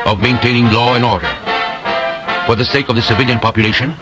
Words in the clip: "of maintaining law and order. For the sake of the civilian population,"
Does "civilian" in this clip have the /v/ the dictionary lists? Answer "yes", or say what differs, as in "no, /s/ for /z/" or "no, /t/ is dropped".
yes